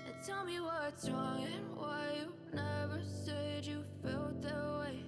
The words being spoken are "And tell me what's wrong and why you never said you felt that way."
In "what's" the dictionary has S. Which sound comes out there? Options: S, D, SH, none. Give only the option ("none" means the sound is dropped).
none